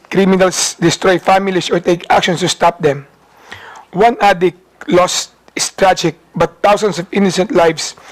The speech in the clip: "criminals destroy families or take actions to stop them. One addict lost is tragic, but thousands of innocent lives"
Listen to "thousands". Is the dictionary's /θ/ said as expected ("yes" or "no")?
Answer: no